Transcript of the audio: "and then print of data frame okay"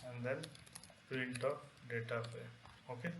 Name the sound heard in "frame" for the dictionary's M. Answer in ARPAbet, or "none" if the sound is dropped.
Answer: none